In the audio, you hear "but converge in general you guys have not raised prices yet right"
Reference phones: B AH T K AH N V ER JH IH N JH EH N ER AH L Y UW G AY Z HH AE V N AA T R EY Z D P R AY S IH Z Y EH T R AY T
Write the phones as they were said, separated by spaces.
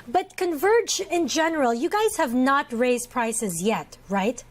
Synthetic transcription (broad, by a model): B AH T K AH N V ER JH IH N JH EH N ER AH L Y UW G AY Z HH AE V N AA T R EY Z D P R AY S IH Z Y EH T R AY T